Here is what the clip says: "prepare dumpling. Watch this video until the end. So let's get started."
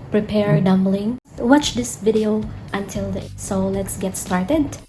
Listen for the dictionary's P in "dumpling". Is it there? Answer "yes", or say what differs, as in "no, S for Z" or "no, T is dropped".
no, B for P